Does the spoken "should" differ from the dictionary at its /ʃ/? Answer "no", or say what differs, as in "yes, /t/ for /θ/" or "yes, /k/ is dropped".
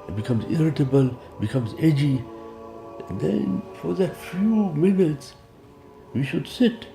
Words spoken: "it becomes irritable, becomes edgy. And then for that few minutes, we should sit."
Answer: no